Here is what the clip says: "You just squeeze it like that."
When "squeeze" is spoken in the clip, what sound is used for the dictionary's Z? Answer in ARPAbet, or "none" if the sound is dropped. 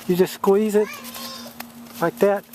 Z